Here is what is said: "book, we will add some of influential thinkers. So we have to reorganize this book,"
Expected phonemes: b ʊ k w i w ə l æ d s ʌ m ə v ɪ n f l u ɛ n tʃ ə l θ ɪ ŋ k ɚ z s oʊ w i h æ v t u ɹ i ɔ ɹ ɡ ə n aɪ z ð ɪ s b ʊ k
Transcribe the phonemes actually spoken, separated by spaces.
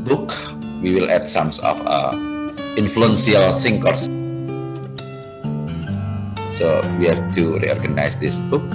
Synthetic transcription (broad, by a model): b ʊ k w i w ə l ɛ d s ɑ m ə f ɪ n f l u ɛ n s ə l s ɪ ŋ k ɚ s s oʊ w i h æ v t u ɹ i ɔ ɹ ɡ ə n aɪ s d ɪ s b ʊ k